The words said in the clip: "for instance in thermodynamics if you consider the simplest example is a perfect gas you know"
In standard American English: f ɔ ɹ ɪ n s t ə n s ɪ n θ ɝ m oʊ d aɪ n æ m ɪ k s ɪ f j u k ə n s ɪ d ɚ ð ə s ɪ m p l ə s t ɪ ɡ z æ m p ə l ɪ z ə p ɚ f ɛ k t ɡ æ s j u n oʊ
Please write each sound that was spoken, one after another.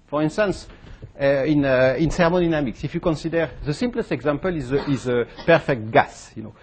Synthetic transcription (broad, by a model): f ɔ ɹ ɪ n s t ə n s ɪ n s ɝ m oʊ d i n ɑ m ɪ k s ɪ f j u k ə n s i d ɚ ð ə s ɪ m p l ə s t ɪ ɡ z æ m p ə l ɪ z ə p ɚ f ɛ k t ɡ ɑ s j u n oʊ